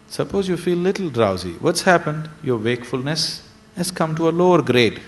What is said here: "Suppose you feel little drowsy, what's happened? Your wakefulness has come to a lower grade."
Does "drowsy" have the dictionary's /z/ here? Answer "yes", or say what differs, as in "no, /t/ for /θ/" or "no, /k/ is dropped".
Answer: yes